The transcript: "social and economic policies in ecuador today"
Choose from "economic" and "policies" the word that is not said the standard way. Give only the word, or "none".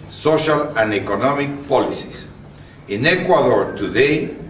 policies